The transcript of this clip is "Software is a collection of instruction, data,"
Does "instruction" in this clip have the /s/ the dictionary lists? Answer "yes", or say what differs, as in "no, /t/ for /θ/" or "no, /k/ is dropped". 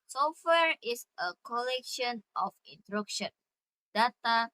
no, /s/ is dropped